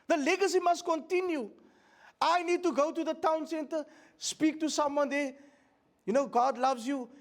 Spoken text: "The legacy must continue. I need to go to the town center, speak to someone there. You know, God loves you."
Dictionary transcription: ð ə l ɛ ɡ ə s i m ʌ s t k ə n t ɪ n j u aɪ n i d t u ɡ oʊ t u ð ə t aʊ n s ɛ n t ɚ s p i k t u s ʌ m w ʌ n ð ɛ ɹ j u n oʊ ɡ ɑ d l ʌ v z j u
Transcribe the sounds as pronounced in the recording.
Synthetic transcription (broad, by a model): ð ə l ɛ ɡ ə s i m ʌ s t k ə n t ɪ n j u aɪ n i d t u ɡ oʊ t u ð ə t aʊ n s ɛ n t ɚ s p i k t u s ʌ m w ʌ n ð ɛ j u n oʊ ɡ ɑ d l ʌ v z j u